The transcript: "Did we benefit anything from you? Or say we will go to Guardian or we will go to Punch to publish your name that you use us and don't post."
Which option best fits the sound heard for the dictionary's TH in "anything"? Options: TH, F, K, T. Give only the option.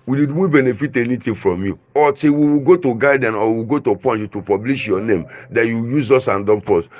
T